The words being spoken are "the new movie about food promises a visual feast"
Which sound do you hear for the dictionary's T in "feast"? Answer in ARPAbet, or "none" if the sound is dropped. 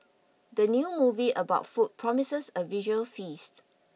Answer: T